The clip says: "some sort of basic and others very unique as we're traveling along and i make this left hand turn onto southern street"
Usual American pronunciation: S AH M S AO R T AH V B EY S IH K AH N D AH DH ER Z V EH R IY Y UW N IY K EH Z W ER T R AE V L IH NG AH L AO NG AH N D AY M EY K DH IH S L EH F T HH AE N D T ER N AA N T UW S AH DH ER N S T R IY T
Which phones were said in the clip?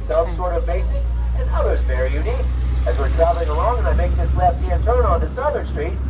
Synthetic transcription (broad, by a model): S AH M S AO R T AH V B EY S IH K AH N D AH DH ER Z V EH R IY Y UW N IY K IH Z W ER T R AE V L IH NG AH L AO NG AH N AY M EY K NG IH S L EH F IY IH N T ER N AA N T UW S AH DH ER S T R IY T